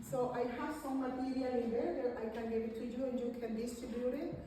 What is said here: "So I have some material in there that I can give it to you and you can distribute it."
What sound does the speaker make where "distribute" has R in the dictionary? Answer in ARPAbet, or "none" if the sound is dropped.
none